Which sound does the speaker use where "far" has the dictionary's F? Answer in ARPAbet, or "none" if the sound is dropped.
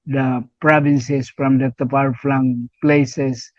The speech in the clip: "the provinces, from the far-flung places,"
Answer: P